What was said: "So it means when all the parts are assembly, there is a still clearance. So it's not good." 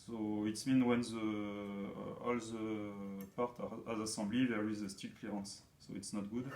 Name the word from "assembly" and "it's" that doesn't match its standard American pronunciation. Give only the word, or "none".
assembly